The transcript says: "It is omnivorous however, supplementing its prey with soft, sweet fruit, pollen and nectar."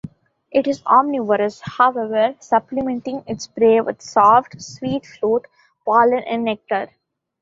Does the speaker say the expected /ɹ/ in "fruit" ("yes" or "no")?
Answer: no